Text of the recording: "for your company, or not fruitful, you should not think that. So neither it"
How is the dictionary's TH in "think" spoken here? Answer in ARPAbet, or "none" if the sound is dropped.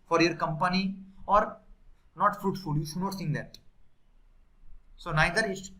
S